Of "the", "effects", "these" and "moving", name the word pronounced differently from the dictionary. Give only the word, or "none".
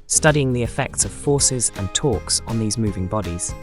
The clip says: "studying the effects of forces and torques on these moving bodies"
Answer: none